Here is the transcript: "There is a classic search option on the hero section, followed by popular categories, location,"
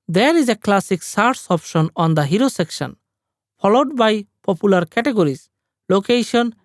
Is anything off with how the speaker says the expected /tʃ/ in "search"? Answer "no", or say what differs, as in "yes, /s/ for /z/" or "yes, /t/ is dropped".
yes, /s/ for /tʃ/